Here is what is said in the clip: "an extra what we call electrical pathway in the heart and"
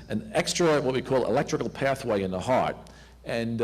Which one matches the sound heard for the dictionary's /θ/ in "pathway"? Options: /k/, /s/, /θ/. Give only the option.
/θ/